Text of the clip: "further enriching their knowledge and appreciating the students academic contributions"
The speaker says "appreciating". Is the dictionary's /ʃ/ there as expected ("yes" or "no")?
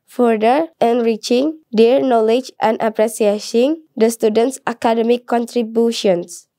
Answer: no